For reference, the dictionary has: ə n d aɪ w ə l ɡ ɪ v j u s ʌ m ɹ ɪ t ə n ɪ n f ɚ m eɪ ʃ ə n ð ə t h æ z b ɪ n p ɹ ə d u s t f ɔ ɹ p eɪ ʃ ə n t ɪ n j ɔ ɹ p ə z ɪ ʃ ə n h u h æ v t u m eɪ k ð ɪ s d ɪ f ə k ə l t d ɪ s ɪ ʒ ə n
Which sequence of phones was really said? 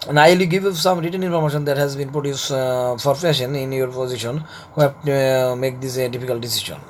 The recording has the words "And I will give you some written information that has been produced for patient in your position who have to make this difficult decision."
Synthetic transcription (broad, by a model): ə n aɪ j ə ɡ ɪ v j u s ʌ m ɹ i t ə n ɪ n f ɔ m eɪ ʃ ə n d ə t h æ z b ɪ n p ɹ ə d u s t f ɔ ɹ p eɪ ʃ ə n ɪ n j ɔ ɹ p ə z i ʃ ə n h u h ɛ p t u m eɪ k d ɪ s d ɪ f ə k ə l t d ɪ s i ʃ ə n